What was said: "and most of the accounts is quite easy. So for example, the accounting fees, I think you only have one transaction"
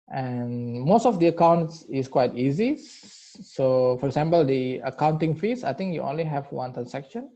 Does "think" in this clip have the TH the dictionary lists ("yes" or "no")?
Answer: no